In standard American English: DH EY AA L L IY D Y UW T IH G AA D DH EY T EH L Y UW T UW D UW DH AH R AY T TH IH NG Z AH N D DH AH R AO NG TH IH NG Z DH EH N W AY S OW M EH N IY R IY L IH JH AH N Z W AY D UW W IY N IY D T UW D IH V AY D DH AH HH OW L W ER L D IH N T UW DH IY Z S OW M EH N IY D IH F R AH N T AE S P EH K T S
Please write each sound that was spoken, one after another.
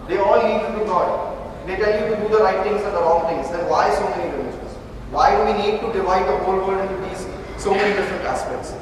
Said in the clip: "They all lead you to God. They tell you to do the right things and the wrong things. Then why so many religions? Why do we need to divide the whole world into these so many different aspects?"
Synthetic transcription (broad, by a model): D EY AA L N IY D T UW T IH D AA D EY T EH L Y UW T UW D UW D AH R AY T T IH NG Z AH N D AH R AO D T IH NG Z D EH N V AY S OW M EH N IY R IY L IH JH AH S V AY D UW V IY N IY D T UW D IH V AY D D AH HH OW L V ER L D IH N T UW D IY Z S OW M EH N IY D IH F R AH N T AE S P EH K T S